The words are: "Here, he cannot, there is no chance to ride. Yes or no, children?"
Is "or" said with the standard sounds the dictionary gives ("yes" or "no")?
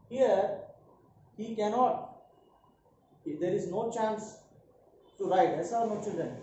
no